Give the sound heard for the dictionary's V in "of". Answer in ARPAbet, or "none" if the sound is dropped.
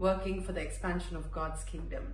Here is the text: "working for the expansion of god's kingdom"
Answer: V